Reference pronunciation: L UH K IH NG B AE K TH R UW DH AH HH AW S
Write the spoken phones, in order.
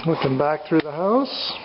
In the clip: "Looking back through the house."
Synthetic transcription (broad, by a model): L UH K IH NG B AE K TH R UW DH AH HH AW S